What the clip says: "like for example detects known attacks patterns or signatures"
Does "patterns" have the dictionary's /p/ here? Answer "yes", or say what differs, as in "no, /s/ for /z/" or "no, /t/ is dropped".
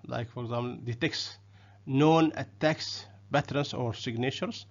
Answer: no, /b/ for /p/